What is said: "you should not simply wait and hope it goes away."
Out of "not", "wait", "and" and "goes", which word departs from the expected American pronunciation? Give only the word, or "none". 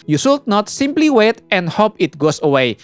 goes